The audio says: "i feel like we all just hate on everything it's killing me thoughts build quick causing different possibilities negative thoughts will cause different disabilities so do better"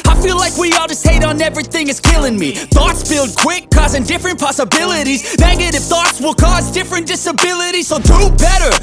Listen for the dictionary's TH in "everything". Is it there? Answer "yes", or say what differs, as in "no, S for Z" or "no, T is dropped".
yes